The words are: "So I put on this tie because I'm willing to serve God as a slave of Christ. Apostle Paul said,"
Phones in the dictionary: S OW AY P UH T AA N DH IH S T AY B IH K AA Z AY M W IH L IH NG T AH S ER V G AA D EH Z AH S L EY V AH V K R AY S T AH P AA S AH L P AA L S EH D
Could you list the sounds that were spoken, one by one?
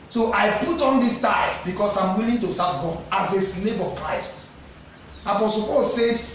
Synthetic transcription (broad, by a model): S OW AY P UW T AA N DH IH S T AY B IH K AA S AY M W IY L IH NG T AH S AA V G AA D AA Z AH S N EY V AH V K R AY S T AH P AA S AH L P AA L S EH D